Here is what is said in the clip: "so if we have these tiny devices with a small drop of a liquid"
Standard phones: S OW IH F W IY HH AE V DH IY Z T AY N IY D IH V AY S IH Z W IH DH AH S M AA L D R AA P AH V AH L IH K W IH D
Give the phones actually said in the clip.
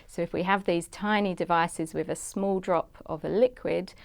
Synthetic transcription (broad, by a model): S OW IH F W IY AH V DH IY Z T AY N IY D IH V AY S IH Z W IH DH AH S M AA L D R AA P AH V AH L IH K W IH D